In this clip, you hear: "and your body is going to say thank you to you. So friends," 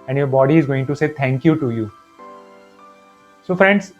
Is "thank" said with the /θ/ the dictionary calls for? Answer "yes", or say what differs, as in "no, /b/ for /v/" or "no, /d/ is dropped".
no, /t/ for /θ/